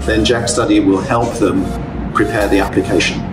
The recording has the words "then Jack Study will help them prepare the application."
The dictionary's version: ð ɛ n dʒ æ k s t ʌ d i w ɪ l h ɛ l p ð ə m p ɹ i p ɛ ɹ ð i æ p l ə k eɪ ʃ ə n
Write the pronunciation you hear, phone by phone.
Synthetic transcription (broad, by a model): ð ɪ n dʒ æ k s t ʌ d i w ɪ l h ɛ l p ð ə m p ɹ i p ɛ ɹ ð i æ p l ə k eɪ ʃ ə n